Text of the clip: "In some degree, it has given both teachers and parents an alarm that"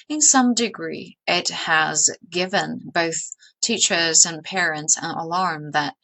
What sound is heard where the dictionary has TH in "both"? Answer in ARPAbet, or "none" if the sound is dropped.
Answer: TH